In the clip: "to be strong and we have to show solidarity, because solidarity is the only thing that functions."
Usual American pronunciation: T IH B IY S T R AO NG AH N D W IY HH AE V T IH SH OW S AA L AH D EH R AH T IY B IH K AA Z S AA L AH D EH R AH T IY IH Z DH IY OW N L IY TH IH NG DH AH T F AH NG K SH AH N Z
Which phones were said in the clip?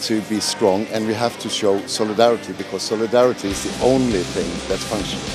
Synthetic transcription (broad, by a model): T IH B IY S T R AO NG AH N W IY HH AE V T IH SH OW S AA L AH D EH R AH T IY B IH K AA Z S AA L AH D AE R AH T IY IH Z DH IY OW N L IY TH IH NG DH AH T F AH NG K SH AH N